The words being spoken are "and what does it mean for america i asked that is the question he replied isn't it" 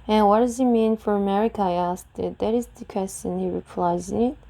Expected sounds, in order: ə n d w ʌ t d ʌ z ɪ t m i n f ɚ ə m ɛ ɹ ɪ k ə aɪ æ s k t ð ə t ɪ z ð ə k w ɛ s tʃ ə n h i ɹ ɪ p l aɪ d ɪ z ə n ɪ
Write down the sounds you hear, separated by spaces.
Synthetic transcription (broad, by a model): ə n w ʌ t d ʌ z ɪ t m i n f ɚ ə m ɛ ɹ ɪ k ə aɪ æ s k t ð ə t ɪ z ð ə k w ɛ s tʃ ə n h i ɹ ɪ p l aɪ ɪ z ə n